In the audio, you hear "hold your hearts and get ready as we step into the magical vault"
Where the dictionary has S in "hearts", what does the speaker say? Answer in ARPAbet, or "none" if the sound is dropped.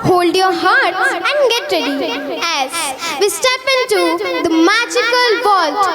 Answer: none